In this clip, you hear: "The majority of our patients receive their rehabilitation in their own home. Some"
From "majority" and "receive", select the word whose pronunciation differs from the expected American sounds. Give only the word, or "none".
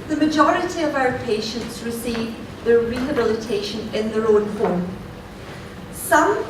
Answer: none